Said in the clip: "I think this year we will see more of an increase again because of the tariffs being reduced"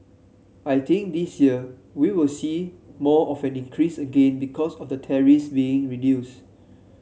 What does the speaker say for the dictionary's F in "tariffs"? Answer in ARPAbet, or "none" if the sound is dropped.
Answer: none